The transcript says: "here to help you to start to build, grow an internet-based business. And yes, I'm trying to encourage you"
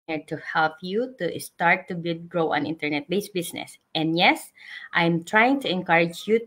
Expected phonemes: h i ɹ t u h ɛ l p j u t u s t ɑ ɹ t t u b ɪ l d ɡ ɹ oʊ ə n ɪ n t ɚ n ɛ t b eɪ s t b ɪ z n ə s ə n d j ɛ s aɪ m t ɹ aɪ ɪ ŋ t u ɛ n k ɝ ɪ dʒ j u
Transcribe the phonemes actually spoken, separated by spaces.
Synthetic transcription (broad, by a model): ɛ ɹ t u h ɛ l p j u t u s t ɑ ɹ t t u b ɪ d ɡ ɹ oʊ ə n ɪ n t ɚ n ɛ t b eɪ s b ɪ s n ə s ə n d j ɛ s aɪ m t ɹ aɪ ɪ ŋ t u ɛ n k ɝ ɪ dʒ j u